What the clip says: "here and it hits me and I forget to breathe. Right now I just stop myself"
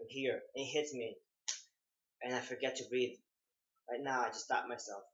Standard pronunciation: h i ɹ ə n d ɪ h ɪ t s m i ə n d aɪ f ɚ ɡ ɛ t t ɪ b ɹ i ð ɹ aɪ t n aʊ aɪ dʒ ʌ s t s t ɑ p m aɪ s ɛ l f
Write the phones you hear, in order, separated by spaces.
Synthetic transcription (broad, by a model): h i ɹ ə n ɪ h ɪ t s m i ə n aɪ f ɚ ɡ ɛ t t ɪ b ɹ i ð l aɪ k n aʊ aɪ dʒ ʌ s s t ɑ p m aɪ s ɛ l f